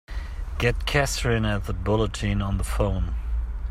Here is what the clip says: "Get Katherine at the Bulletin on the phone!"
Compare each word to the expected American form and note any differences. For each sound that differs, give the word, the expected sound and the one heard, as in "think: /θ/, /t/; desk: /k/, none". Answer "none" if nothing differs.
katherine: /θ/, /s/